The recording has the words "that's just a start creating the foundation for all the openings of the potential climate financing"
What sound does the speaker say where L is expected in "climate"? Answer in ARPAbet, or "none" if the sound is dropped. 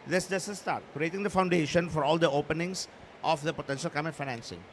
none